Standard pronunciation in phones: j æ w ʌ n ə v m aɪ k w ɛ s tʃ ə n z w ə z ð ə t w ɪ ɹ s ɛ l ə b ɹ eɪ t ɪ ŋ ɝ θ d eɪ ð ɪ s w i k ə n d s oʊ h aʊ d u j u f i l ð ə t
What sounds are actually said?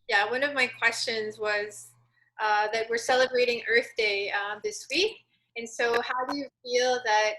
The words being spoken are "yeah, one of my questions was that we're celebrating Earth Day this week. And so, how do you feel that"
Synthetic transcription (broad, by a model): j æ w ʌ n ə v m aɪ k w ɛ s tʃ ə n z w ə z ð ə t w ɪ ɹ s ɛ l ə b ɹ eɪ t ɪ ŋ ɝ θ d eɪ ð ɪ s w i k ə n s oʊ h aʊ d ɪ j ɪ f i l ð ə t